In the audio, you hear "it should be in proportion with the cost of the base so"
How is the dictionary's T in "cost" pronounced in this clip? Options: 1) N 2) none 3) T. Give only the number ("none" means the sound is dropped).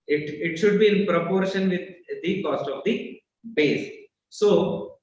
3